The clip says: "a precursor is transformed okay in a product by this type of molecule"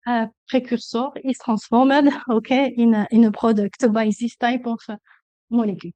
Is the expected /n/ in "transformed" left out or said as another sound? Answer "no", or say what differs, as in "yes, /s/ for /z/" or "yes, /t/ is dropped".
yes, /n/ is dropped